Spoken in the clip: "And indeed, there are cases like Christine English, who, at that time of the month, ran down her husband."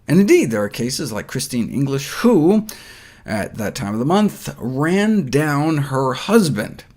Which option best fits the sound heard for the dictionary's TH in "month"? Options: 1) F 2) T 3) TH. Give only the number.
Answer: 3